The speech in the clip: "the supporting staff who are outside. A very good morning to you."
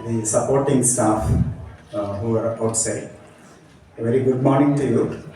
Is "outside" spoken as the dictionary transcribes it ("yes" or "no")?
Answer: no